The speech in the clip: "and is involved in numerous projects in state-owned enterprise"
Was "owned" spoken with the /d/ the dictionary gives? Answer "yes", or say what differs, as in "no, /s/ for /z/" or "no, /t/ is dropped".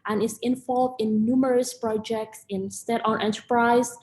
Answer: no, /d/ is dropped